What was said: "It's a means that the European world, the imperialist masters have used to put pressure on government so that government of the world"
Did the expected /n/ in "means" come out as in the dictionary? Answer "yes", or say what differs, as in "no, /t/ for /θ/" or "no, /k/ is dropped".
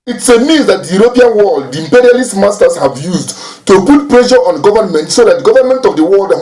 no, /n/ is dropped